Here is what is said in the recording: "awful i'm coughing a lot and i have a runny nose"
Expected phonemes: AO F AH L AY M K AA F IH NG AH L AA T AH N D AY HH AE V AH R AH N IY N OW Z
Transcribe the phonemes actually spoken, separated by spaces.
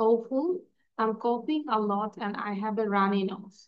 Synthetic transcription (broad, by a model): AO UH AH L AY M K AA P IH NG AH L AA T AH N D AY HH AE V AH R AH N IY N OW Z